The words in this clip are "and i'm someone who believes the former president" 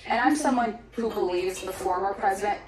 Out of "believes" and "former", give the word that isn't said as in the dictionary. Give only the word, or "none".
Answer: none